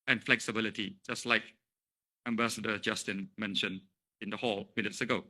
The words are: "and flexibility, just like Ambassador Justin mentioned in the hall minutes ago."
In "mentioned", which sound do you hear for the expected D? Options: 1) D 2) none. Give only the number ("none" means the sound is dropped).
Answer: 2